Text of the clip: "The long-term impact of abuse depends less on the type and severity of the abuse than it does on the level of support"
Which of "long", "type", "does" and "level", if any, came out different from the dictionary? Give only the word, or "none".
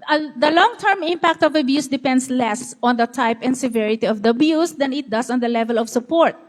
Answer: does